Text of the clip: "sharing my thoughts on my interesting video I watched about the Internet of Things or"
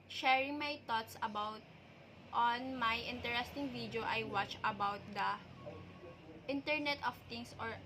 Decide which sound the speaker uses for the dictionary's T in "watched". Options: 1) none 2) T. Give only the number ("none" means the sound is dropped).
1